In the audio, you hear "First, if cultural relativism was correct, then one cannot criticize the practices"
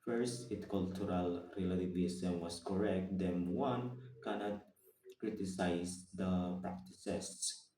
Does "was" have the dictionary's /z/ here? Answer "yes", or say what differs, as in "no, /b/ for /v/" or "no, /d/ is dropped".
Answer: no, /s/ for /z/